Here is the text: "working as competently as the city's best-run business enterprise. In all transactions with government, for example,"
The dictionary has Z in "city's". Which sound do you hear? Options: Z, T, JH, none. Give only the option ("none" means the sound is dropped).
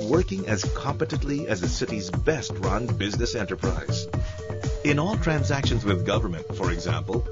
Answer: Z